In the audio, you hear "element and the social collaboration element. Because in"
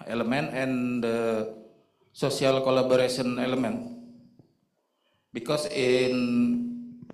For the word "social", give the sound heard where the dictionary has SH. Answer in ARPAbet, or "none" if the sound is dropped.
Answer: S